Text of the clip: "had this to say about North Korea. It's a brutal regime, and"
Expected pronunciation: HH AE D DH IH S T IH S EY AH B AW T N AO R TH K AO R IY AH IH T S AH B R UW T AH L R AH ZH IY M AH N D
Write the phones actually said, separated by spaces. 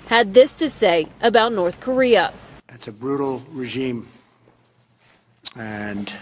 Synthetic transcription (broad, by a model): HH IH D DH IH S T IH S EY AH B AW T N AO R TH K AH R IY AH IH T S AH B R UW T L R AH ZH IY M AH N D